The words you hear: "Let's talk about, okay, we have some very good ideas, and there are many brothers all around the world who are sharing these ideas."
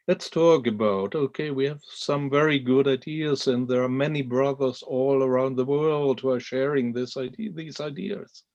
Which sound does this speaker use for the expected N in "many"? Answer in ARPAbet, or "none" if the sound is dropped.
N